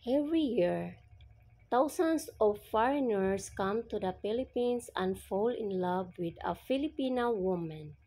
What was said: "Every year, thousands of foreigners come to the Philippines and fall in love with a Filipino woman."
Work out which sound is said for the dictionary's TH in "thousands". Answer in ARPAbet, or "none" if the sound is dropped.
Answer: T